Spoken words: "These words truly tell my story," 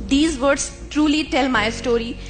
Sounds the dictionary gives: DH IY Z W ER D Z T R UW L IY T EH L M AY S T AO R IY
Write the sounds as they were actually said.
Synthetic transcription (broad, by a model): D IY Z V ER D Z T R UW L IY T EH L M AY S T AO R IY